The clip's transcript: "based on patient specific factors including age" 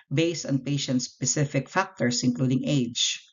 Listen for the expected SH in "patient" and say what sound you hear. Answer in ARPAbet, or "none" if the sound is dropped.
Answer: SH